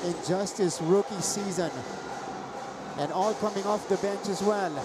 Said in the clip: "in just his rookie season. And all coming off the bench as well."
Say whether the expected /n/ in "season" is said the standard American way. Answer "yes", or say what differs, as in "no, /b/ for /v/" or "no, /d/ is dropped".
yes